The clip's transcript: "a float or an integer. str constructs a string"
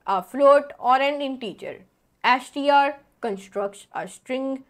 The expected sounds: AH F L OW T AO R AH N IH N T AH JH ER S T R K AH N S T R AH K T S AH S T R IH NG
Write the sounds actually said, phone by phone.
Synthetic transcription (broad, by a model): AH F L OW T AO R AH N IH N T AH CH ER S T R K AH N S T R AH K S AH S T R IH NG